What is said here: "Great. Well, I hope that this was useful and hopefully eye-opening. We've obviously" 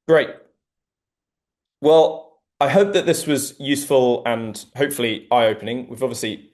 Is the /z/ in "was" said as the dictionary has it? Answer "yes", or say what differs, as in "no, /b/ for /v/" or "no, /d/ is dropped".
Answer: yes